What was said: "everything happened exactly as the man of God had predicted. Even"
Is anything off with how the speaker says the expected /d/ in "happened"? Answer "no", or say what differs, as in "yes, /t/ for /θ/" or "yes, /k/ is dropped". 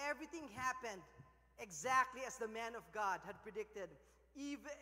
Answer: no